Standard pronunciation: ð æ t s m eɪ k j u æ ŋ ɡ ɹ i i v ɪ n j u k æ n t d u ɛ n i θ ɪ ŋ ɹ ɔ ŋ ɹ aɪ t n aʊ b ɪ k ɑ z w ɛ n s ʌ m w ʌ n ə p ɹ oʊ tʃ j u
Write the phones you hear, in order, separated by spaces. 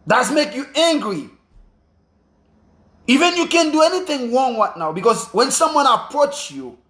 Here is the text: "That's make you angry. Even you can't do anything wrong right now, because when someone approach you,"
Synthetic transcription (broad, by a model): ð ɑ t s m eɪ k j u æ ŋ ɡ ɹ i i v ɪ n j u k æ n d u ɛ n i θ ɪ ŋ ɹ ɔ ŋ ɹ aɪ t n aʊ b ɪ k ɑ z w ɛ n s ʌ m w ʌ n ə p ɹ oʊ tʃ j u